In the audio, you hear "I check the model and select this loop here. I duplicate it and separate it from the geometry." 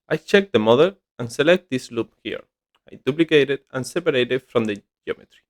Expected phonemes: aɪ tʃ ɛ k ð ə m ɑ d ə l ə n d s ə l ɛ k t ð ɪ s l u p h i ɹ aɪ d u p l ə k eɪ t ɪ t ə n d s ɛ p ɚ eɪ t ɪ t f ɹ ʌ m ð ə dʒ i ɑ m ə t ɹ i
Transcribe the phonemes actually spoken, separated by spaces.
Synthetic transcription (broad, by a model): aɪ tʃ ɛ k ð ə m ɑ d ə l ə n s ə l ɛ k t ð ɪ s l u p h i ɹ aɪ d u p l ə k eɪ t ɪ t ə n s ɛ p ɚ eɪ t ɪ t f ɹ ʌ m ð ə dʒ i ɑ m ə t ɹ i